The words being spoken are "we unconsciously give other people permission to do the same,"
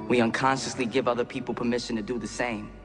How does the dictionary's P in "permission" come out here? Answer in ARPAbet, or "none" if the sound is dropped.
P